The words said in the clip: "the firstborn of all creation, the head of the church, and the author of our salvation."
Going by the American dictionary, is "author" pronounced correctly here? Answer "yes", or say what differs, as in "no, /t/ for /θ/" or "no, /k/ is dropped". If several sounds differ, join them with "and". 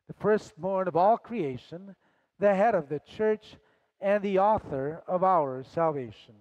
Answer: yes